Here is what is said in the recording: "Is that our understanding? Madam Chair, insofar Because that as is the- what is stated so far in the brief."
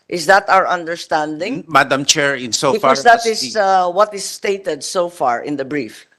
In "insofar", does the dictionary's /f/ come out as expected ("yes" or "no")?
no